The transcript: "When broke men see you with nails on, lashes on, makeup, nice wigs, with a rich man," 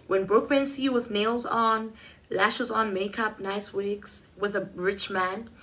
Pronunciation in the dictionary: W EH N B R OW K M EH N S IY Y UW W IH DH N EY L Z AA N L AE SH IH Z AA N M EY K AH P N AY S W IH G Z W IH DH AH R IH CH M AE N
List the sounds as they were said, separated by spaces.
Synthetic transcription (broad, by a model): W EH N B R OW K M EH N S IY W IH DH N EY L Z AA N L AE SH IH Z AA N M EY K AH P N AY S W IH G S W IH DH AH R IH CH M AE N